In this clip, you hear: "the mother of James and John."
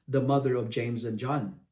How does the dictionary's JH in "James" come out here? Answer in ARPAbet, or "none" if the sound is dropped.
JH